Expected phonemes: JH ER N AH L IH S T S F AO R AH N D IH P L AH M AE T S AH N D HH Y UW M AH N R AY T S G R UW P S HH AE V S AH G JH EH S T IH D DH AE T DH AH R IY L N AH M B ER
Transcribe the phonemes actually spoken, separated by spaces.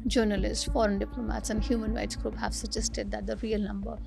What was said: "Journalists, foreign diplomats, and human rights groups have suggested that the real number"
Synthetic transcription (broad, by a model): JH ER N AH L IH S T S F AO R AH N D IH P L AH M AE T S AH N D HH Y UW M AH N R AY T S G R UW P HH AE V S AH JH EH S T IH D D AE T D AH R IY L N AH M B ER